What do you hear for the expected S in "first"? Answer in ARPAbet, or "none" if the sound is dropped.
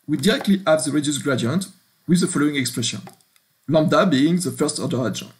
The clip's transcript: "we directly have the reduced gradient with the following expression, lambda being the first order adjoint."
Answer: S